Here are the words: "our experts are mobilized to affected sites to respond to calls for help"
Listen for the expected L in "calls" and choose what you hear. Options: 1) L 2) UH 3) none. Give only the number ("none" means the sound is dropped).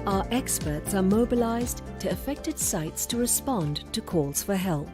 1